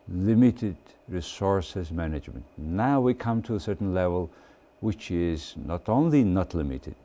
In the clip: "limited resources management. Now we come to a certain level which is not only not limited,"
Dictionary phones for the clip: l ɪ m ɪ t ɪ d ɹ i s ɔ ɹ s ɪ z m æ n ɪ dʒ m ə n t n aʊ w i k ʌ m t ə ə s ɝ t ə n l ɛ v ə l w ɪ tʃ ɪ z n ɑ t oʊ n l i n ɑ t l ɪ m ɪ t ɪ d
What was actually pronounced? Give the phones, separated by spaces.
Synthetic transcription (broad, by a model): l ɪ m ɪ t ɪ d ɹ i s ɔ ɹ s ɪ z m æ n ɪ dʒ m ə n t n aʊ w i k ʌ m t ə ə s ɝ t n l ɛ v ə l w ɪ tʃ ɪ z n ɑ t oʊ n l i n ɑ t l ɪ m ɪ t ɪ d